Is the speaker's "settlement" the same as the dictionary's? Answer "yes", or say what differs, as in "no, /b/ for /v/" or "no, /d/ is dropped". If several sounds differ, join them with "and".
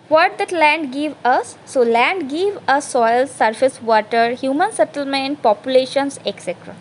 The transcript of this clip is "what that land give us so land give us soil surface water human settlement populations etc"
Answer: yes